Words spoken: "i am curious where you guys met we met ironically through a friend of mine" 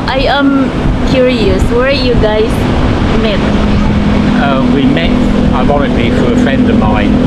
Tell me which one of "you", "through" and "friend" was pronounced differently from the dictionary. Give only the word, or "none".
through